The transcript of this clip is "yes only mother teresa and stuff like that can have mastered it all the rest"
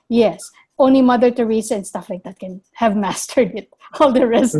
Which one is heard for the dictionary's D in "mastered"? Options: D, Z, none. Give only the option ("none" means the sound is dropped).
D